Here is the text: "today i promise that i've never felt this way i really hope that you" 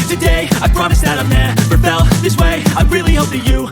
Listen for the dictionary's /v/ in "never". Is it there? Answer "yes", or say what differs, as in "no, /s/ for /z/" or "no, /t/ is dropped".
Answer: no, /f/ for /v/